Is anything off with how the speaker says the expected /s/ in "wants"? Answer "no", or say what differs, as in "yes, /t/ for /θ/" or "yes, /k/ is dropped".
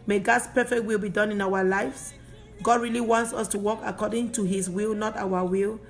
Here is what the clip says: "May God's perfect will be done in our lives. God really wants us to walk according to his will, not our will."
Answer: no